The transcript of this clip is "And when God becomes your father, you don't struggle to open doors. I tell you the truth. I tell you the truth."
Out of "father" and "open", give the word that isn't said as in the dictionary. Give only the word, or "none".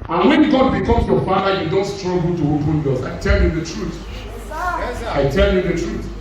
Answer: father